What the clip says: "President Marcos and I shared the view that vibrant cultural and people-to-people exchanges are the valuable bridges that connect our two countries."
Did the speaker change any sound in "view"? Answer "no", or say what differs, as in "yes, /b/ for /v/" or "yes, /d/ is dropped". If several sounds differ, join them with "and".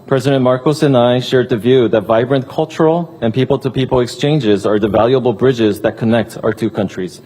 no